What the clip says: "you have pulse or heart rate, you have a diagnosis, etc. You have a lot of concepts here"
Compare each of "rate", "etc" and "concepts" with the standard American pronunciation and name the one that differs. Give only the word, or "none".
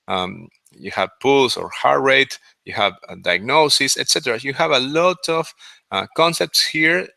none